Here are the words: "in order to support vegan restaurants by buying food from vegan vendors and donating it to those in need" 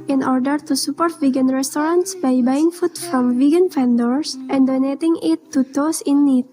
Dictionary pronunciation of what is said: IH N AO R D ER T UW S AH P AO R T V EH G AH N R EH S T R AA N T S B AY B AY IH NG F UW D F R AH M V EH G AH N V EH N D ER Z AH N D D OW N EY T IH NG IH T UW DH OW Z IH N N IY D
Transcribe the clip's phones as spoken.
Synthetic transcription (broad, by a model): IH N AO R D ER T UW S AH P AO R T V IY G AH N R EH S T R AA N T S B AY B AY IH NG F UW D F R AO M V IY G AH N F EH N D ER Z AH N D D OW N EY T IH NG IH T UW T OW S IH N N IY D